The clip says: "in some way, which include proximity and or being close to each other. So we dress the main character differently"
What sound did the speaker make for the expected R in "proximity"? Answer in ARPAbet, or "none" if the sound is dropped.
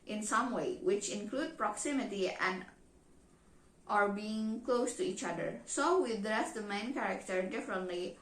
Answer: R